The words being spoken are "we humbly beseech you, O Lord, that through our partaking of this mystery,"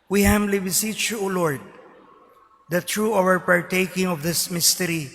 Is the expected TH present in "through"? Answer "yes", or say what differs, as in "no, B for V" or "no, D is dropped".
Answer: no, T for TH